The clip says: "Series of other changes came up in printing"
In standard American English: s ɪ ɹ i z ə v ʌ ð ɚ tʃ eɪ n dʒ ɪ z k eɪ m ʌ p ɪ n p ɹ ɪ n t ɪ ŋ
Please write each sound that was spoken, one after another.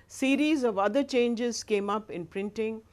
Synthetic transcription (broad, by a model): s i ɹ i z ə v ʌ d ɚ tʃ eɪ n dʒ ɪ z k eɪ m ʌ p ɪ n p ɹ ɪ n t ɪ ŋ